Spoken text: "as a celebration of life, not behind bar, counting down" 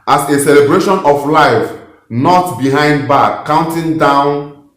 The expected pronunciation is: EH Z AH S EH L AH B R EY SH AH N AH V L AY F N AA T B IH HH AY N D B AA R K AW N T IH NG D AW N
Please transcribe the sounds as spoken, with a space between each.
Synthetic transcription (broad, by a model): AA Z AH S EH L AH B R EY SH AH N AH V L AY F N AA T B IH HH AY N D B AA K AW N T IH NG D AW N